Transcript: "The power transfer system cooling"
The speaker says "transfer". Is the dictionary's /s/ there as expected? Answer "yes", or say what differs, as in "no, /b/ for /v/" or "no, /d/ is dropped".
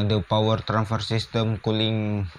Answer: no, /s/ is dropped